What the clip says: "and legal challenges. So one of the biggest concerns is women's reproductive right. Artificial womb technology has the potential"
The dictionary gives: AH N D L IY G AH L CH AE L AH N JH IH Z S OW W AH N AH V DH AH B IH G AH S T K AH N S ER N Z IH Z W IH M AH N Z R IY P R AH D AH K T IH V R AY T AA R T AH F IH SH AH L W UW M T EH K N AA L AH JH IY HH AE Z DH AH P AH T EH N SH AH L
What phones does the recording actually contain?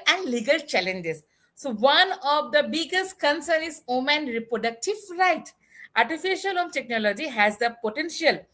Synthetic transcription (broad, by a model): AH N D L IY G AH L CH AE L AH N JH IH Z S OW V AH N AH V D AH B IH G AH S T K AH N S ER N IH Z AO M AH N R IY P R AH D AH K T IH V R AY T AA R T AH F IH SH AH L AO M T EH K N AA L AH JH IY HH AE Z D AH P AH T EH N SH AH L